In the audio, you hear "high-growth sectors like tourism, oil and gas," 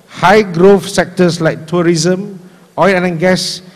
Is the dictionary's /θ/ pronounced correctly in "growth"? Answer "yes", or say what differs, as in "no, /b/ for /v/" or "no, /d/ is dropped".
no, /f/ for /θ/